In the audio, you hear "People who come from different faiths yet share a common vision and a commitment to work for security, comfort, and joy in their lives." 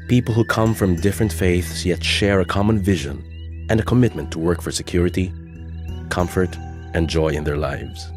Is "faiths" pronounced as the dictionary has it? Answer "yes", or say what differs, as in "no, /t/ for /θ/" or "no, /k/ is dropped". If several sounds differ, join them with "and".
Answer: yes